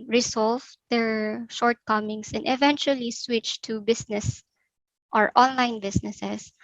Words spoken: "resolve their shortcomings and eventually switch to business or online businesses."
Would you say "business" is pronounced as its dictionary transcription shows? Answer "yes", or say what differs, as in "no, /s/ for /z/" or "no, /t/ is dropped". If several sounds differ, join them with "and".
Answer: no, /s/ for /z/